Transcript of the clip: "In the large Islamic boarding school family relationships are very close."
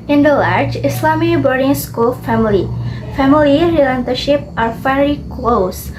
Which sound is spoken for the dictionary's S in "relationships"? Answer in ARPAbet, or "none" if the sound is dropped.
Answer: none